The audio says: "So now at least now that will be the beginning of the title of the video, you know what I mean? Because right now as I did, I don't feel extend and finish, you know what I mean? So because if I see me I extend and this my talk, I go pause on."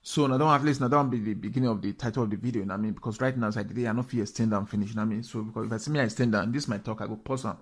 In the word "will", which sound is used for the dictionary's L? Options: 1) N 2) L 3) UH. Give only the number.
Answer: 1